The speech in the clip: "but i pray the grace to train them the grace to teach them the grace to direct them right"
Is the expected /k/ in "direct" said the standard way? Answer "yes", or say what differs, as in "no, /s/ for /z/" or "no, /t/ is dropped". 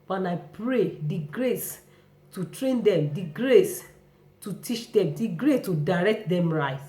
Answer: yes